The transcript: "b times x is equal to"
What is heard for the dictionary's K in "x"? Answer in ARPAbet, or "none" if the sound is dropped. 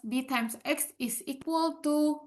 K